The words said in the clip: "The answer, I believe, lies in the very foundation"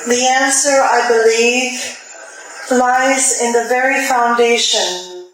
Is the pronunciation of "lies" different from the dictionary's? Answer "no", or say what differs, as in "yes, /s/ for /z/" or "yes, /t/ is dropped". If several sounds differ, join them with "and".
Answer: no